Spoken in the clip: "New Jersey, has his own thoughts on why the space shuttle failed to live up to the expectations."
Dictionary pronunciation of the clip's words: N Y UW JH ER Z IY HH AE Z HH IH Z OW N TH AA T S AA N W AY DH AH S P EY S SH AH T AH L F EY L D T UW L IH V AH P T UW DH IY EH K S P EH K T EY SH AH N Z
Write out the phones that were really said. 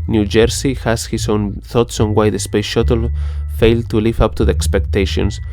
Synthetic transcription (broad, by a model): N Y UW JH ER S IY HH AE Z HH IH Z OW N TH AA T S AA N W AY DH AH S P EY S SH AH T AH L F EY L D T UW L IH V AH P T UW DH IY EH K S P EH K T EY SH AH N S